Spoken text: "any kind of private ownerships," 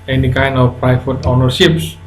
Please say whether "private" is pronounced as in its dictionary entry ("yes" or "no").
no